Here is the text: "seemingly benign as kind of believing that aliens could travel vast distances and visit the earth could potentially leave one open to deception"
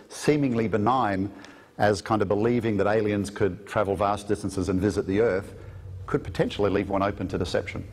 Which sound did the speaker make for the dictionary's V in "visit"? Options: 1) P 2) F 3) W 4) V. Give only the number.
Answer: 4